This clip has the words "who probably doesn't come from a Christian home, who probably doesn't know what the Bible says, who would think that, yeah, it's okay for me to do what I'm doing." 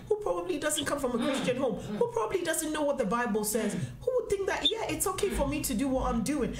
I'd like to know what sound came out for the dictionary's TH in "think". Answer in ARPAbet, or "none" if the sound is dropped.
TH